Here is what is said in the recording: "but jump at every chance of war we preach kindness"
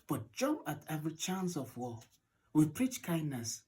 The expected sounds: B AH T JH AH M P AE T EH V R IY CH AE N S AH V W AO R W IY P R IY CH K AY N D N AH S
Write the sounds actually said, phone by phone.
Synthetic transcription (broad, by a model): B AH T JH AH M AE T EH V R IY CH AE N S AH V W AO W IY P R IY CH K AY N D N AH S